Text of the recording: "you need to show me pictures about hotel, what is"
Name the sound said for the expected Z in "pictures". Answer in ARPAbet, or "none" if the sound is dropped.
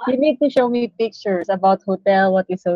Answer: S